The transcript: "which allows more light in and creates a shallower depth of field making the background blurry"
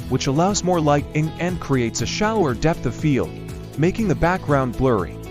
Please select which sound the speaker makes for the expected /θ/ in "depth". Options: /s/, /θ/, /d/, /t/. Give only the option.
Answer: /θ/